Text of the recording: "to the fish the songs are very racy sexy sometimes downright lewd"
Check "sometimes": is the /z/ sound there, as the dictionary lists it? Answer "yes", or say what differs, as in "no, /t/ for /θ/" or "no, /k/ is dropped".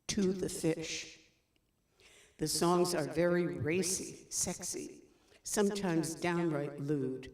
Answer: yes